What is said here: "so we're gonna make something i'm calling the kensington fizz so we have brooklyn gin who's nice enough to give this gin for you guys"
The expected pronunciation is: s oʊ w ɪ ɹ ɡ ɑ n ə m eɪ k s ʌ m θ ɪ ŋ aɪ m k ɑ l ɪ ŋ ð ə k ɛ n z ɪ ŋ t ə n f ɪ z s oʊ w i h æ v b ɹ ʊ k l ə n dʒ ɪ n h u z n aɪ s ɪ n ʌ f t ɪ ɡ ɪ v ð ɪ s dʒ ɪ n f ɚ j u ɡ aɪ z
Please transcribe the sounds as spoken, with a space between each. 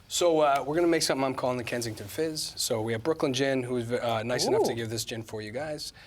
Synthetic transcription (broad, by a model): s oʊ w ɪ ɹ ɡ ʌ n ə m eɪ k s ʌ m θ ɪ ŋ aɪ m k ɑ l ɪ ŋ ð ə k ɛ n z ɪ ŋ t ə n f ɪ z s oʊ w i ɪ v b ɹ ʊ k l ə n dʒ ɪ n h u z n aɪ s ɪ n ʌ f t ɪ ɡ ɪ v ð ɪ s dʒ ɪ n f ɚ j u ɡ aɪ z